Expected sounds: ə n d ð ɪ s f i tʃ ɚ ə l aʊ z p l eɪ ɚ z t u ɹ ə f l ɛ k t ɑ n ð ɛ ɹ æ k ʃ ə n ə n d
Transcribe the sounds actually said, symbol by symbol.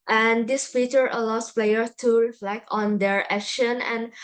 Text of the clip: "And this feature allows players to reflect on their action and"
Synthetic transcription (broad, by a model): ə n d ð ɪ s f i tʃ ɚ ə l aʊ s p l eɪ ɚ t u ɹ ə f l ɛ k t ɑ n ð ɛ ɹ æ k ʃ ə n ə n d